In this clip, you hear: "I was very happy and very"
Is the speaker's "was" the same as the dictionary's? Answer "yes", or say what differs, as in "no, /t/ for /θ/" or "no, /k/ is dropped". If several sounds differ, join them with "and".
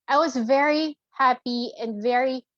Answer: yes